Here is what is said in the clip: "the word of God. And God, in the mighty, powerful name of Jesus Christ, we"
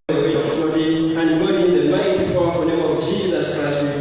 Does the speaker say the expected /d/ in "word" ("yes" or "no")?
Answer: no